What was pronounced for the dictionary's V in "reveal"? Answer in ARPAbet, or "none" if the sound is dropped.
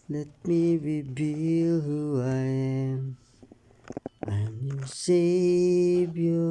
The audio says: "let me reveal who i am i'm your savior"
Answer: B